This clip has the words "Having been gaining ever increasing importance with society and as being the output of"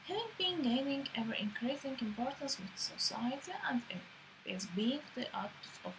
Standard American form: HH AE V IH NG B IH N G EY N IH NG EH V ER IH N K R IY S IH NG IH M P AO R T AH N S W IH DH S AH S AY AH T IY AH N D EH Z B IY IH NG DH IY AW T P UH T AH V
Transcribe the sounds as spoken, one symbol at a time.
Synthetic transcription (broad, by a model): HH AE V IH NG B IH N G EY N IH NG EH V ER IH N K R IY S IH NG IH M P AO R T AH N S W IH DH S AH S AY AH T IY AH N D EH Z B IY IH NG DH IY T AA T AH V